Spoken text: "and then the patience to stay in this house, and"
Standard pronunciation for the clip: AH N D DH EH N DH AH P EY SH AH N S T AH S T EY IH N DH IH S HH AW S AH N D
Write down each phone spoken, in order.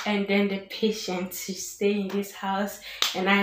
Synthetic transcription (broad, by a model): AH N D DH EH N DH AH P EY SH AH N T AH S T EY IH N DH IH S HH AW S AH N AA